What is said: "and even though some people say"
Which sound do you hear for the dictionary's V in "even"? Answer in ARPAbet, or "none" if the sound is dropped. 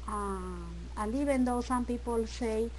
B